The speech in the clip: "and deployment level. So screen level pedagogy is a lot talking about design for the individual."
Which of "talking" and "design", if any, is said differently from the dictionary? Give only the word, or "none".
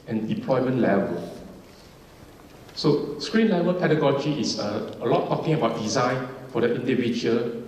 none